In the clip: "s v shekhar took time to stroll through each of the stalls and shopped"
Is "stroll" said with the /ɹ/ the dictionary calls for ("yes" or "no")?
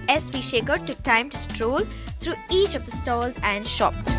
yes